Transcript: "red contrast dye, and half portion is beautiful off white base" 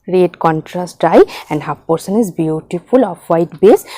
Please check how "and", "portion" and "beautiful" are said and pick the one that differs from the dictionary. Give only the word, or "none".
portion